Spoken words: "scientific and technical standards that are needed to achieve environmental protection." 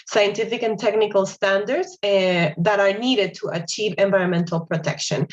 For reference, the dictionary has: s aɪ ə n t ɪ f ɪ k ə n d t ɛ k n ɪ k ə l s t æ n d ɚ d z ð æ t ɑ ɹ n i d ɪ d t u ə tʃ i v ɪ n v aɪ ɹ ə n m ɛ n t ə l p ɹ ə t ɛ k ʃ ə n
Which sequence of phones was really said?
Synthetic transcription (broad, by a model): s aɪ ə n t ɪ f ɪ k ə n t ɛ k n ɪ k ə l s t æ n d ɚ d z ð æ t ɑ ɹ n i d ɪ d t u ə tʃ i v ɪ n v aɪ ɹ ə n m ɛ n t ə l p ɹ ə t ɛ k ʃ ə n